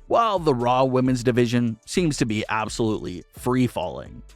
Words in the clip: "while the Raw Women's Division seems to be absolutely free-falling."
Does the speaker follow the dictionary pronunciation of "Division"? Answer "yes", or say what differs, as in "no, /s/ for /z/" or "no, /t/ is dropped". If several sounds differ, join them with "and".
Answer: yes